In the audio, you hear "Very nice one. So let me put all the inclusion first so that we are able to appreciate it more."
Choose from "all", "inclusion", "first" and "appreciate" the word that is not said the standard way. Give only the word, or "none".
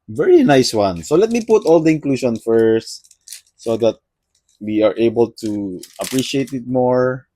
inclusion